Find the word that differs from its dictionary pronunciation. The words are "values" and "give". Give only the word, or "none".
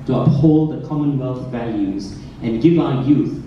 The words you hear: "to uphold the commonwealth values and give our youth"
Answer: none